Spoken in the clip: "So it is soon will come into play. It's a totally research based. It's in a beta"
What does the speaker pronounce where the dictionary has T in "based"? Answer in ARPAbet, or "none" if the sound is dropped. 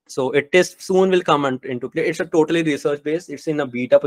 none